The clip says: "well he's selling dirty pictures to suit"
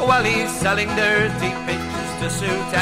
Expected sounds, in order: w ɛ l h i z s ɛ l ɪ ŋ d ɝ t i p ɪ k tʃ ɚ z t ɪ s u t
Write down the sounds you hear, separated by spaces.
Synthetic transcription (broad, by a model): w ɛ l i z s ɛ l ɪ ŋ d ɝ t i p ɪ tʃ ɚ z t ɪ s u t